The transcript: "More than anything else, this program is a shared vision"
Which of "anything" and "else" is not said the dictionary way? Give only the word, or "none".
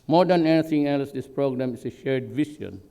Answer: anything